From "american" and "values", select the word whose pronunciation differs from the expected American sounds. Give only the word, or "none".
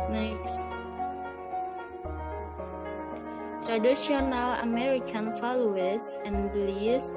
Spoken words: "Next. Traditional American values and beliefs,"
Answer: values